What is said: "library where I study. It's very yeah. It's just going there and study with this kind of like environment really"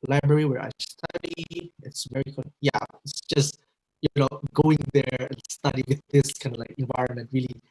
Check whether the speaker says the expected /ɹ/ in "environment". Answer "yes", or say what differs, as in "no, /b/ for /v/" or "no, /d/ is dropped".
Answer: yes